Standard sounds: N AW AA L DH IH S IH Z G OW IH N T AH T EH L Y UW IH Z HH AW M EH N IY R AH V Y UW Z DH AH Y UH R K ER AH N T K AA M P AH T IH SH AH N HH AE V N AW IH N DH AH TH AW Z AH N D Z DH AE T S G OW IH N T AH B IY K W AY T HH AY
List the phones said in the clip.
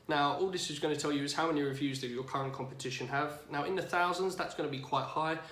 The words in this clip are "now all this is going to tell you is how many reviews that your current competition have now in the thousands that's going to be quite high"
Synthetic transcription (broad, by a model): N AW AA L DH IH S IH Z G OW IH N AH T EH L Y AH IH Z HH AW M EH N IY R AH V Y UW Z DH AH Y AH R K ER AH N K AA M P AH T IH SH AH N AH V N AW IH N DH AH TH AW Z AH N D Z DH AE T S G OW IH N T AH B IY K W AY T HH AY